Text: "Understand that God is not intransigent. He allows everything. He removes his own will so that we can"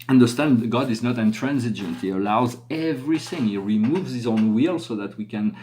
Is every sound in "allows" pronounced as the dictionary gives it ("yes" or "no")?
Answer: yes